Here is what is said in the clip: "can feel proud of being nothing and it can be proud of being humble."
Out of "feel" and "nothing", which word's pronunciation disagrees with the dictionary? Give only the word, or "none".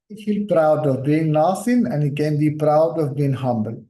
nothing